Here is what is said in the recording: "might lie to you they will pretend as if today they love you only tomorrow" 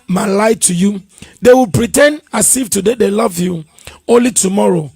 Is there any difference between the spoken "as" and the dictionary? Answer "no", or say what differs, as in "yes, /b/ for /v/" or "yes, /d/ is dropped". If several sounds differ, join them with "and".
yes, /s/ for /z/